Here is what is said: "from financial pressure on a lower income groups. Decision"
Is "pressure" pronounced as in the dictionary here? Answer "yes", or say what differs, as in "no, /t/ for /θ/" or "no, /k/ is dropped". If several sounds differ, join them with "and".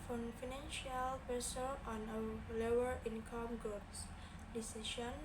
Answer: no, /ɹ/ is dropped and /s/ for /ʃ/